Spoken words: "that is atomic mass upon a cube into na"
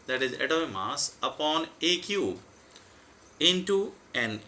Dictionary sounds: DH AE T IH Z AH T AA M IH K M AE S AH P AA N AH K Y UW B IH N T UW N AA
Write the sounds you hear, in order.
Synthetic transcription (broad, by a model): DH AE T IH Z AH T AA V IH M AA S AH P AA N AH K Y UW IH N T UW N